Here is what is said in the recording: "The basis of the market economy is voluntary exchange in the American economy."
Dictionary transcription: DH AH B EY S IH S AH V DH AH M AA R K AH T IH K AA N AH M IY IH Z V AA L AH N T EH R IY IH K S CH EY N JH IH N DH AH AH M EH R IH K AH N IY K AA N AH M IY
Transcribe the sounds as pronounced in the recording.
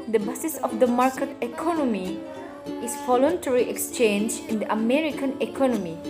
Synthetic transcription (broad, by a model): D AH B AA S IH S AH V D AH M AA R K AH T IH K AA N AH M IY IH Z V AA L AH N T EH R IY IH K S CH EY N JH IH N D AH AH M EH R IH K AH N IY K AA N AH M IY